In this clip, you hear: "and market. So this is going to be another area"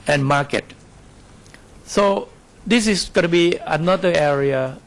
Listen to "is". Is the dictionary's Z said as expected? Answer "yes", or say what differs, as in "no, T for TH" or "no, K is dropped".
no, S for Z